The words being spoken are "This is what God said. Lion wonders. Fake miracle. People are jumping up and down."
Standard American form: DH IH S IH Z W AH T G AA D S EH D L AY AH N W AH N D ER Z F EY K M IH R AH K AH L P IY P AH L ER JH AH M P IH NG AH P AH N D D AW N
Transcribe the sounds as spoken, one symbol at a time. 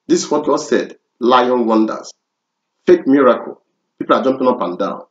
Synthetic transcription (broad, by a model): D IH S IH S W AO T G AA D S EH D L AY AH N W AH N D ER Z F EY K M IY R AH K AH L P IY P AH L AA JH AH M P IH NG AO P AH N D D AW N